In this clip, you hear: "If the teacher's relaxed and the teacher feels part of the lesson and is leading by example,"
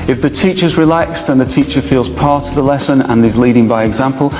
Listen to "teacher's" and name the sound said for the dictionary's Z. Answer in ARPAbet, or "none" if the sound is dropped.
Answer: Z